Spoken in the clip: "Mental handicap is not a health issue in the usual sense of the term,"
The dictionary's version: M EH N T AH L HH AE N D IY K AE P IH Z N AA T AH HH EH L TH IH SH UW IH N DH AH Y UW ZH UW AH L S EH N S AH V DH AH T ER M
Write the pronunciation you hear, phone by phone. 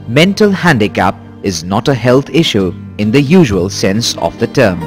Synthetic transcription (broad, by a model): M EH N T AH L HH AE N D IY K AE P IH Z N AA T AH HH EH L T IH SH UW IH N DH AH Y UW ZH UW AH L S EH N S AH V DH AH T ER M